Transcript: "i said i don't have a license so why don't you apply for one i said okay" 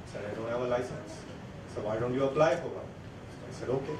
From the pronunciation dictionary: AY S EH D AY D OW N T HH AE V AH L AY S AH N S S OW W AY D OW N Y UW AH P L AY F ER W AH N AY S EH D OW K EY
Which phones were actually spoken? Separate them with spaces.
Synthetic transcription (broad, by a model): S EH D AY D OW N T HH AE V AH L AY S AH N S S OW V AY D OW N Y UW AH P L AY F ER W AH AY S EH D OW K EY